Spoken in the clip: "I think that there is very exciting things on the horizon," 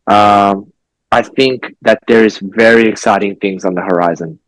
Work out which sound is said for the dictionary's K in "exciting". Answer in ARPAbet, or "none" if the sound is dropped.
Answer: K